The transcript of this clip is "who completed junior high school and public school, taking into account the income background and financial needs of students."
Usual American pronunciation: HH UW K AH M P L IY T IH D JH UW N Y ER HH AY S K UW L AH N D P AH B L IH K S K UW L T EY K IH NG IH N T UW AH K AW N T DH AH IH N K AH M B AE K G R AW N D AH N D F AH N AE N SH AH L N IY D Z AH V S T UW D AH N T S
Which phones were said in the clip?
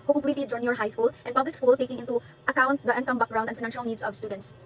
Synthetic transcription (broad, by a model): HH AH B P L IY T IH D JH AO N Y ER HH AY S K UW L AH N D P AH B L IH K S K UW L T EY K IH NG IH N T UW AH K AW N T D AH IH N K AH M B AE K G R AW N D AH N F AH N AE N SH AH L N IY D S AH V S T UW D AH N T S